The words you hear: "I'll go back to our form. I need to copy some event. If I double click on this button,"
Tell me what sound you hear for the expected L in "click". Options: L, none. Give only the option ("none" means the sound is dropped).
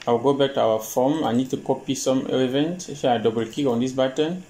none